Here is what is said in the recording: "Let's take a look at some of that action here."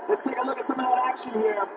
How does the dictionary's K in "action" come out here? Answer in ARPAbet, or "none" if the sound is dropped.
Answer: K